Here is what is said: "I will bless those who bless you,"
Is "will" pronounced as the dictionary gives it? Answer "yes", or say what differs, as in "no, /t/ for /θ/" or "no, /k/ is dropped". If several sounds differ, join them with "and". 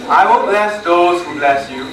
no, /n/ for /l/